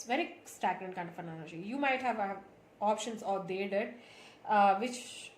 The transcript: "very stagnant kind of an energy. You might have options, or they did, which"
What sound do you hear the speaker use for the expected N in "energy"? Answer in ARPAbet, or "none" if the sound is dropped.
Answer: L